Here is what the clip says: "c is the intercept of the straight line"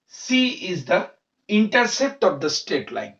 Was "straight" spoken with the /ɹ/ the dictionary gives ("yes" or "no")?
no